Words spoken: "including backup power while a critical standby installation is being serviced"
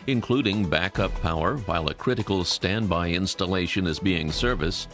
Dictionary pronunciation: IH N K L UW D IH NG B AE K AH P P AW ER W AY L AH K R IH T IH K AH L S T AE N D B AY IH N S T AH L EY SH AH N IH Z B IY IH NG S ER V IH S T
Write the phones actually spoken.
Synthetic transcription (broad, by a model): IH N K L UW D IH NG B AE K AH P P AW ER W AY L AH K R IH T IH K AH L S T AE N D B AY IH N S T AH L EY SH AH N IH Z B IY IH NG S ER V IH S